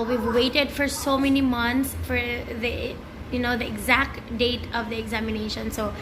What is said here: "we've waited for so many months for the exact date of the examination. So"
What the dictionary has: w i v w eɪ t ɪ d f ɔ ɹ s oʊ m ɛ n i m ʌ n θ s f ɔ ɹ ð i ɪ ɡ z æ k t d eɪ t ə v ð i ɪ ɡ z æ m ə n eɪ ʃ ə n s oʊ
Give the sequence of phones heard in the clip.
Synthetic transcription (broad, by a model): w i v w eɪ t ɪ d f ɔ ɹ s oʊ m ɛ n i m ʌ n t s f ɔ ɹ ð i ɪ ɡ z æ k t d eɪ t ə v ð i ɪ ɡ z æ m ə n eɪ ʃ ə n s oʊ